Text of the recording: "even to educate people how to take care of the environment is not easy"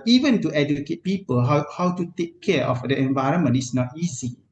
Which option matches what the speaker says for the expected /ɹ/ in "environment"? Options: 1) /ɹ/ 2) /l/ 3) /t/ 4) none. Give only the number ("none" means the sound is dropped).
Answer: 1